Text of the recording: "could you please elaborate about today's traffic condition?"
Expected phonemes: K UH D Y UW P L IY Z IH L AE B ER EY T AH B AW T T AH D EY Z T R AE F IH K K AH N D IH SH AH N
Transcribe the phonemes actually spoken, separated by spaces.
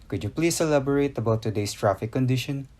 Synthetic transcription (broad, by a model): K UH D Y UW P L IY S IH L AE B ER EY T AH B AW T T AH D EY S T R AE F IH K K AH N D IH SH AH N